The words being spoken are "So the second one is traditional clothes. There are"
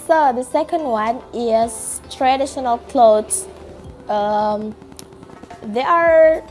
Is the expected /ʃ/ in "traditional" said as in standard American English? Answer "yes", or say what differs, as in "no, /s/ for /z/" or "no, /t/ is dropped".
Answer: yes